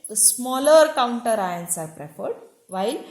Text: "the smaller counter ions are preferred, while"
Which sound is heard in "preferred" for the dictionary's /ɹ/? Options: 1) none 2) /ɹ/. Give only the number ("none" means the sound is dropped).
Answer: 2